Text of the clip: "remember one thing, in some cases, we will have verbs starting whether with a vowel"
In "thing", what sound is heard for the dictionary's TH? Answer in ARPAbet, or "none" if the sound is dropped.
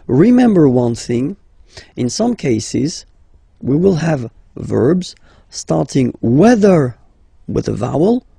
TH